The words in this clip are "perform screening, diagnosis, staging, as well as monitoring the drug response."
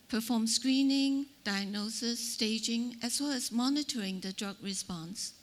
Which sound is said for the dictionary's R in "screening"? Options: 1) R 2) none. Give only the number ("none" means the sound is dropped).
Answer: 1